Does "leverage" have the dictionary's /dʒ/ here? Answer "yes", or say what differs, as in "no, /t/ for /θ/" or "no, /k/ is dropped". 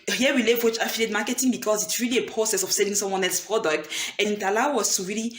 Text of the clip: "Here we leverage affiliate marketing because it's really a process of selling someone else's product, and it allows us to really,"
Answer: no, /tʃ/ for /dʒ/